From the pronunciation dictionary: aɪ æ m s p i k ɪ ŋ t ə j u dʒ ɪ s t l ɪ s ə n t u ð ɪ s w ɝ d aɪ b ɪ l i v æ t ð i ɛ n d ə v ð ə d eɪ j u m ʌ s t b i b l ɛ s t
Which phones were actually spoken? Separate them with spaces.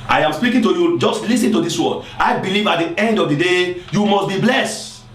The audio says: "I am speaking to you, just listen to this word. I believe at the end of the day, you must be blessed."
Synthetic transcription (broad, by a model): aɪ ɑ m s p i k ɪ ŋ t ə j u dʒ ɪ s t l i s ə n t u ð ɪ s w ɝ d aɪ b ɪ l i v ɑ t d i ɛ n d ə v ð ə d eɪ j u m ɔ s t b i b l ɛ s t